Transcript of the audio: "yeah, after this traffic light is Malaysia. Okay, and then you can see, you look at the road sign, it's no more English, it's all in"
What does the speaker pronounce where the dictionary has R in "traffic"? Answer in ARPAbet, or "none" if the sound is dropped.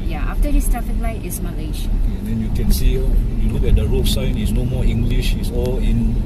none